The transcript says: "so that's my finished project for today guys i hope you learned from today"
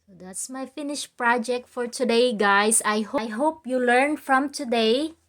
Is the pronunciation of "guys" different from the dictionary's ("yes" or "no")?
yes